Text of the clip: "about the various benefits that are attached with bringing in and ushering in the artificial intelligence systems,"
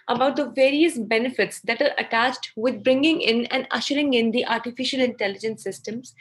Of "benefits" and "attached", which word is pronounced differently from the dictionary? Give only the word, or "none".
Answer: none